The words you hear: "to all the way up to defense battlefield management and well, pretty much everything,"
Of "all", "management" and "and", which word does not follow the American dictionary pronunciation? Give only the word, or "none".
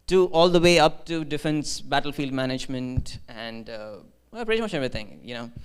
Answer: none